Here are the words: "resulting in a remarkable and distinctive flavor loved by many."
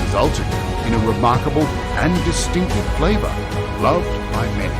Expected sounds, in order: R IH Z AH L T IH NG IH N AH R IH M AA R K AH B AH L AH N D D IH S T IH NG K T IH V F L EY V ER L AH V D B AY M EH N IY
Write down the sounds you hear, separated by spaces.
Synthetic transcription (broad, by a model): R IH Z AH L T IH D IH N AH R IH M AA R K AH B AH L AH N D D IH S T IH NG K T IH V F L EY V ER L AH V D B AY M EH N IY